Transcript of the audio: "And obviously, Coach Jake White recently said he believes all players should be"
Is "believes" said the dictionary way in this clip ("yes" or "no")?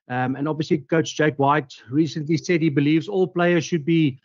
yes